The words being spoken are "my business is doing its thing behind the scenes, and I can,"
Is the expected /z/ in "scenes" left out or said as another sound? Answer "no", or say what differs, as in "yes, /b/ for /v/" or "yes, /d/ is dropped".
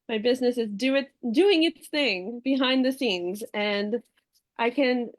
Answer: no